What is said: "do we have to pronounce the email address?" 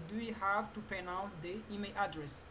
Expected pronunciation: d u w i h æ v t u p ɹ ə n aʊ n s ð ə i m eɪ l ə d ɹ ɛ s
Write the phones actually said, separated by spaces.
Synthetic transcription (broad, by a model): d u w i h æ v t u p ə n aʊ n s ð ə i m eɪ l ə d ɹ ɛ s